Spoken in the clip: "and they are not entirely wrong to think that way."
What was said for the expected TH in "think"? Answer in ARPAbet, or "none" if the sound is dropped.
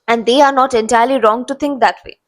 T